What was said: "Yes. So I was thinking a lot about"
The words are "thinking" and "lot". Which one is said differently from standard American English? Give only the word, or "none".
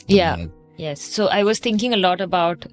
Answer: thinking